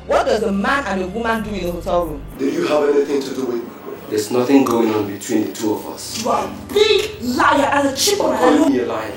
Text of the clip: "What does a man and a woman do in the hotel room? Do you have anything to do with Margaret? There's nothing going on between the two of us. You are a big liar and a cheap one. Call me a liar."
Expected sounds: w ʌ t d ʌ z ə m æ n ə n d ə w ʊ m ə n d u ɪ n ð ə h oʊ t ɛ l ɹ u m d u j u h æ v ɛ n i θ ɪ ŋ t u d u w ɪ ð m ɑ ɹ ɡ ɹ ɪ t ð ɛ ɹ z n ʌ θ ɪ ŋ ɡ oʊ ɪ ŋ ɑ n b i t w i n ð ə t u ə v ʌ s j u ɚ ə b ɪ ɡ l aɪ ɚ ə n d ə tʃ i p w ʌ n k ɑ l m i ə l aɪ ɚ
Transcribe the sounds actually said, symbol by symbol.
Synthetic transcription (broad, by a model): w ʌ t d ʌ z ə m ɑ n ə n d ə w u m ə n d u ɪ n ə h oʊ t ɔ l ɹ u m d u j u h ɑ v ɛ n i θ ɪ ŋ t u d u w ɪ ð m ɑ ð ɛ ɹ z n ʌ θ ɪ ŋ ɡ oʊ ɪ ŋ ɑ n b i t w i n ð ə t u ə v ʌ s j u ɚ ə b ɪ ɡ l aɪ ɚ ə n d ə tʃ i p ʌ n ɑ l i ə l aɪ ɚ